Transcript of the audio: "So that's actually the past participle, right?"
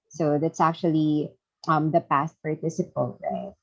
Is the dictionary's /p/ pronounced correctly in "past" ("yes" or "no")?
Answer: yes